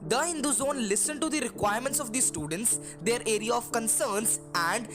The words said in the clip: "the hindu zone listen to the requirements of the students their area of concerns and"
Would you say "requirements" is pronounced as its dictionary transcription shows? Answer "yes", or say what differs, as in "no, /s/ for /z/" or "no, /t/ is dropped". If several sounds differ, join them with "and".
yes